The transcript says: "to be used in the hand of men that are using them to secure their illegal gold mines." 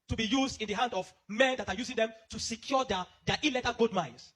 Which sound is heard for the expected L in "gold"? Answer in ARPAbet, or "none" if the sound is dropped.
none